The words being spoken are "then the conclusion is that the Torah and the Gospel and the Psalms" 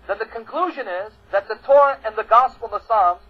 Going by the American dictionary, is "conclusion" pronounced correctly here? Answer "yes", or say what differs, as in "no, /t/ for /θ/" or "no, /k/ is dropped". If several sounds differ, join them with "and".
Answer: yes